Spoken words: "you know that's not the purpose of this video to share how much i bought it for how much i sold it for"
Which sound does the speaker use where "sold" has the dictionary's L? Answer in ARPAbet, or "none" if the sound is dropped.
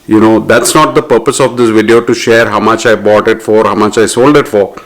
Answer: L